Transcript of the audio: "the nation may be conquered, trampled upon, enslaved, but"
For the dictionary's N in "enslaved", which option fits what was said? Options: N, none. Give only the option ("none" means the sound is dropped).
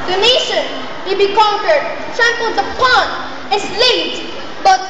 none